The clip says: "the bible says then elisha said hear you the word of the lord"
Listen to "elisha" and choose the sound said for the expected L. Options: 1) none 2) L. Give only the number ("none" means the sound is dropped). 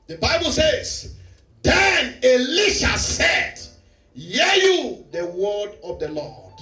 2